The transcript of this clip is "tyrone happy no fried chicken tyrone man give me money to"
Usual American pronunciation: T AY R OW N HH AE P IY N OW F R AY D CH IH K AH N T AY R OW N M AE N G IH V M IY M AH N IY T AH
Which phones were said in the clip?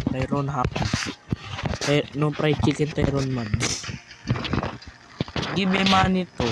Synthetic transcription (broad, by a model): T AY R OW N HH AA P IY N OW P R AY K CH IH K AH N T AY R OW N M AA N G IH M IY M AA N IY T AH